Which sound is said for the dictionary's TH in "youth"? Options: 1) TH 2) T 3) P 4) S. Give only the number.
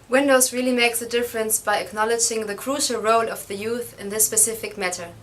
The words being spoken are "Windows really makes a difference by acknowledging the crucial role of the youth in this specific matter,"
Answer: 1